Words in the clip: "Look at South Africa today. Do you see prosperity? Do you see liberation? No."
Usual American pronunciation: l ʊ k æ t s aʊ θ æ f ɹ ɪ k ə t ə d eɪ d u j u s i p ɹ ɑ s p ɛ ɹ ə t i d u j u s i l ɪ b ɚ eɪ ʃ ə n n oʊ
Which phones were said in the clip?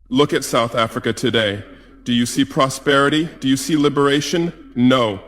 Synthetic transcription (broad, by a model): l ʊ k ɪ t s aʊ θ æ f ɹ ɪ k ə t ə d eɪ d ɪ j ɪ s i p ɹ ɑ s p ɛ ɹ ə t i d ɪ j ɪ s i l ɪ b ɚ eɪ ʃ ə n n oʊ